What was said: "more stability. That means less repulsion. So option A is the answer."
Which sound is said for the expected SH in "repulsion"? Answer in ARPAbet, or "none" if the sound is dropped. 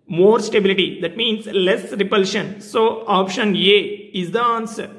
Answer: SH